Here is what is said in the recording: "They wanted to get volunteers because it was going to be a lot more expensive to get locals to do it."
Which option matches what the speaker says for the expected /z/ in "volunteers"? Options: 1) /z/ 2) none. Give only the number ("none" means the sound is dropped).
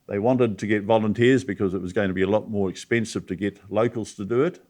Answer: 1